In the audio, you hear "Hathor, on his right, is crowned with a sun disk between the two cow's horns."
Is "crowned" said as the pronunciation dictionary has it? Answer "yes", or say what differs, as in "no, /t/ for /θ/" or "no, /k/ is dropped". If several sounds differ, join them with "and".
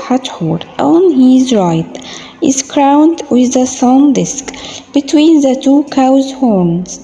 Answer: yes